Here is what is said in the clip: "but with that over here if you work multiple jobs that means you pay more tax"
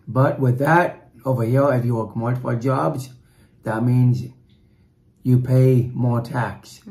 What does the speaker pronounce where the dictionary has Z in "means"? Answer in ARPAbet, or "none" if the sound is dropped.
Z